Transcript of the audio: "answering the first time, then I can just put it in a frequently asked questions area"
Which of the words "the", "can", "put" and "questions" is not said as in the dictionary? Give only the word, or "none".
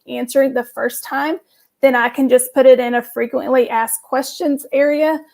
none